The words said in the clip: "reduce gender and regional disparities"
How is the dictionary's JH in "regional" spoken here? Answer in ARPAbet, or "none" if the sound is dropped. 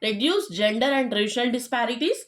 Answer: SH